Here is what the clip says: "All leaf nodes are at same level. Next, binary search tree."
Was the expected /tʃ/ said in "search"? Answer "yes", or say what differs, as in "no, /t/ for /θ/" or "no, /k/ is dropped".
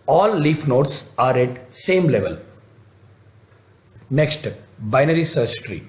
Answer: no, /s/ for /tʃ/